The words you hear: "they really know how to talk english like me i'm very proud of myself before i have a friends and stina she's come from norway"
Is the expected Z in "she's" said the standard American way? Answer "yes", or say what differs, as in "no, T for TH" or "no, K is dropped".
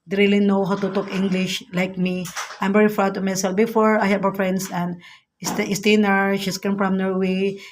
no, S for Z